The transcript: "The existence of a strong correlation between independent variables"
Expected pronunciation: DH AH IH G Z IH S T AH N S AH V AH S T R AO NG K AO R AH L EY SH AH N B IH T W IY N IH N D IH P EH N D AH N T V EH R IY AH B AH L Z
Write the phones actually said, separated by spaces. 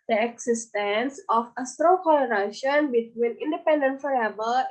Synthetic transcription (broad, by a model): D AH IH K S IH S T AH N S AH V AH S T R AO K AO L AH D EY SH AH N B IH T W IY N IH N D IH P EH N D AH N T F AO R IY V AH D